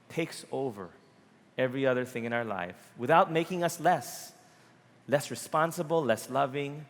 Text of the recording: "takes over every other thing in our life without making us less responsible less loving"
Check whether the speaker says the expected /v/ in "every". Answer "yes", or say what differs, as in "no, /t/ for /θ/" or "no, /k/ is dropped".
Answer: yes